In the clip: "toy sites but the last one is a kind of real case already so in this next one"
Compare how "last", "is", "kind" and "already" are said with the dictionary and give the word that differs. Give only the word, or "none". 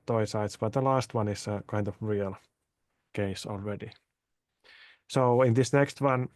is